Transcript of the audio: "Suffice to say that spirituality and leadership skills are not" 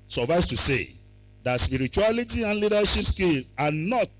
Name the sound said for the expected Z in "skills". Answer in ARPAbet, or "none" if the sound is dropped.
none